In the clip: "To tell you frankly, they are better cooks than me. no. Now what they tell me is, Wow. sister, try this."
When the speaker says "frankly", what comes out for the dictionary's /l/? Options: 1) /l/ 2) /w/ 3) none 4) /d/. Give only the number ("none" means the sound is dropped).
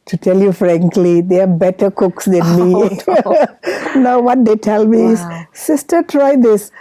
1